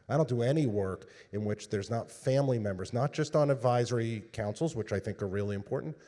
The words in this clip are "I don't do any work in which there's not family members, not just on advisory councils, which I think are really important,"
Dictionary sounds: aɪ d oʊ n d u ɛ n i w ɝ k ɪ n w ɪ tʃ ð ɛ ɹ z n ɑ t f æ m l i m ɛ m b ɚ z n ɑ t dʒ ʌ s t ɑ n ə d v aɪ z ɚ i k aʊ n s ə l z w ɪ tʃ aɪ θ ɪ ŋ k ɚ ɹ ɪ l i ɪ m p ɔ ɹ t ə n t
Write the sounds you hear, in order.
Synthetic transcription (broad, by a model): aɪ d oʊ n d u ɛ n i w ɝ k ɪ n w ɪ tʃ ð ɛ ɹ z n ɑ t f æ m l i m ɛ m b ɚ z n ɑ t dʒ ʌ s t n ə d v aɪ z ɚ i k aʊ n s l z w ɪ tʃ aɪ θ ɪ ŋ k ɚ ɹ ɪ l i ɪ m p ɔ ɹ t n t